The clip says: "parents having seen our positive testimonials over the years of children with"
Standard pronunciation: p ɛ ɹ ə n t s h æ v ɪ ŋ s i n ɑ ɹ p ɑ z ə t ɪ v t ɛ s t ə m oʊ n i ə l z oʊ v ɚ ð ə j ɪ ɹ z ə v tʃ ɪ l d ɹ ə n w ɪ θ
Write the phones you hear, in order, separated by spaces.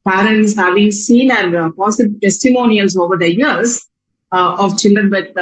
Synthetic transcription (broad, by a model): p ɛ ɹ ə n t s h æ v ɪ ŋ s i n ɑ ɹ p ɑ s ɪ b t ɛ s t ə m oʊ n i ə l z oʊ v ɚ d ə j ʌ ɹ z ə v tʃ ɪ l d ɹ ə n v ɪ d